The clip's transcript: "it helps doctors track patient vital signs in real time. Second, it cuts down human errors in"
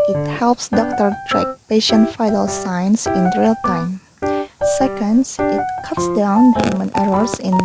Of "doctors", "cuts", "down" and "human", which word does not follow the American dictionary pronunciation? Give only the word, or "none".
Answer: doctors